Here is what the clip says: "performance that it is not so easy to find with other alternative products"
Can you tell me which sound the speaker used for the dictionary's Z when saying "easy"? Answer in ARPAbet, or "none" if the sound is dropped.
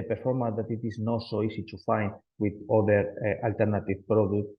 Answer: S